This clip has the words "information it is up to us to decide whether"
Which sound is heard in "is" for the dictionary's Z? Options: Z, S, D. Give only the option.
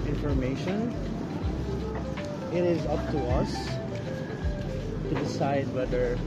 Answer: Z